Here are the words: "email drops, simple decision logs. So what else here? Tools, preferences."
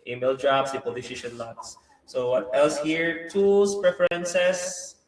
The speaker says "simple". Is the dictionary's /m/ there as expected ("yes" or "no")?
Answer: no